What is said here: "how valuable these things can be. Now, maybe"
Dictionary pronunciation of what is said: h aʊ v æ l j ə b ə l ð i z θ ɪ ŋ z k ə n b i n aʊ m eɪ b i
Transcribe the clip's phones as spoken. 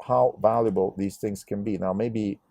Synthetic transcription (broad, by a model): h aʊ v æ l j ə b ə l ð i z θ ɪ ŋ z k ə n b i n aʊ m eɪ b i